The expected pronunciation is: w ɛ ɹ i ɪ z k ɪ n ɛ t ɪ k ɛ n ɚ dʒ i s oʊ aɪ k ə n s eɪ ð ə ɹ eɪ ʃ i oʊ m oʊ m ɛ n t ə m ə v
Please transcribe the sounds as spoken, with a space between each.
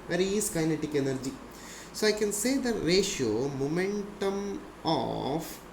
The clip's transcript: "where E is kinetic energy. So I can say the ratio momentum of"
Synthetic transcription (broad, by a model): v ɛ ɹ i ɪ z k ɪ n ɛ t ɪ k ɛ n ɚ dʒ i s oʊ aɪ k ə n s eɪ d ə ɹ eɪ ʃ i oʊ m oʊ m ɛ n t ə m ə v